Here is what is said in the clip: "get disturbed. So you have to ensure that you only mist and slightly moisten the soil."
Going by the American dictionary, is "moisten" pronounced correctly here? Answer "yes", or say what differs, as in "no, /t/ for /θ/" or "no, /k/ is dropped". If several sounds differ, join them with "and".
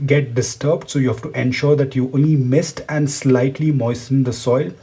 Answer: yes